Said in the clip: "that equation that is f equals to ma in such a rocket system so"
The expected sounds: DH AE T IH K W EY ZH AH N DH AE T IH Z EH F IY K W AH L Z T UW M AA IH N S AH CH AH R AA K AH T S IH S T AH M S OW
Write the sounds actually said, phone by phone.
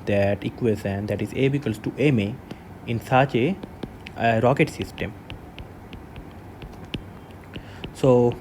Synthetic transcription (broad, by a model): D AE T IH K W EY Z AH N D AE T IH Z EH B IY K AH L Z T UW M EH IH N S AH CH AH R AA K AH T S IH S T AH M S OW